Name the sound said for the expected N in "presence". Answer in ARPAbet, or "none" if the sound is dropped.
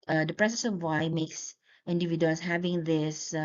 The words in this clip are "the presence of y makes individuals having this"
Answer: none